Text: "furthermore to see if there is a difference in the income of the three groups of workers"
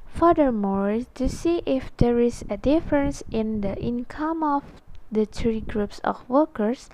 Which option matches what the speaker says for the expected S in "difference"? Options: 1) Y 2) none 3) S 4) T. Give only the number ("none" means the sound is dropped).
3